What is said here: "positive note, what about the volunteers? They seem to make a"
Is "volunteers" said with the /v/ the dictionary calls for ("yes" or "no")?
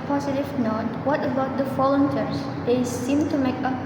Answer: no